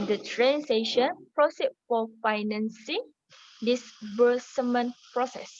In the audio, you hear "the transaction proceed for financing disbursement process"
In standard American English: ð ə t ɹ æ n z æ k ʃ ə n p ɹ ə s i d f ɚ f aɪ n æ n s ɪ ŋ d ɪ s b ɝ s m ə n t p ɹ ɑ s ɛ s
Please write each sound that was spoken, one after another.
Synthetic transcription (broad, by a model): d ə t ɹ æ n s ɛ ʃ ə n p ɹ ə s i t f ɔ f aɪ n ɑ n s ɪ ŋ d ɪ s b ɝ s m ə n p ɹ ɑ s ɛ s